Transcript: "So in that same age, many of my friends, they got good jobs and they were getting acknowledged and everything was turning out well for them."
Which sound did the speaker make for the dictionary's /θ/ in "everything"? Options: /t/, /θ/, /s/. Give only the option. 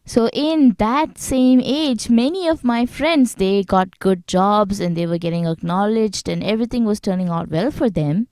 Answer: /t/